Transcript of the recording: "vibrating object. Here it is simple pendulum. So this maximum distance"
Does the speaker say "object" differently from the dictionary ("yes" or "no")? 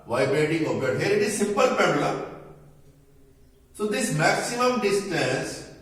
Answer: yes